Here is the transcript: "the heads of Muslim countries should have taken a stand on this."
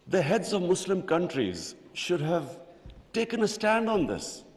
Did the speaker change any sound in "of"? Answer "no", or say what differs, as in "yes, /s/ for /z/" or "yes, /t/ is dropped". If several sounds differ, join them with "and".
no